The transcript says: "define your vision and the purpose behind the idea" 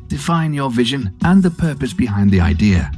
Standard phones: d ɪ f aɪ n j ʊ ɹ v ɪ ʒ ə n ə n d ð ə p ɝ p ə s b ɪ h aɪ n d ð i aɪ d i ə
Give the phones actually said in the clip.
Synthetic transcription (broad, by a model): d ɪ f aɪ n j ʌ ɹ v ɪ ʒ ə n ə n ð ə p ɝ p ə s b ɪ h aɪ n ð i aɪ d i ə